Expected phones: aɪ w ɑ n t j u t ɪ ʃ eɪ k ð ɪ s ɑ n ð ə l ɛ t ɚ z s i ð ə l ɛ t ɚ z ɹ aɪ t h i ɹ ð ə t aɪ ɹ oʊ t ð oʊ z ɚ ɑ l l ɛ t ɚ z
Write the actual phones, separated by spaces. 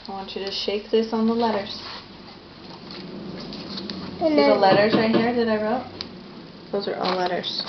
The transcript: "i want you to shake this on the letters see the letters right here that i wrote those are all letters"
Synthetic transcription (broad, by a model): aɪ w ɑ n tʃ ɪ t ɪ ʃ eɪ k ð ɪ s n ð ə l ɛ t ɚ z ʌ ð ə l ɛ t ɚ z aɪ h i ɹ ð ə t aɪ ɹ oʊ t ð oʊ z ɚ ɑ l l ɛ t ɚ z